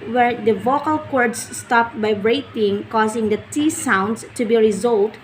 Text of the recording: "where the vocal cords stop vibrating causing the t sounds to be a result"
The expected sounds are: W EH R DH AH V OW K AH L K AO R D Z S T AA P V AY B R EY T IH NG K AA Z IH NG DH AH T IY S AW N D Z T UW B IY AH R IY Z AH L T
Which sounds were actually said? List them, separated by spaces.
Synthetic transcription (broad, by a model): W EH R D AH V OW K AH L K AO R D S S T AA P B AY R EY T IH NG K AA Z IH NG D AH T IY S AW N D S T UW B IY R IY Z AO L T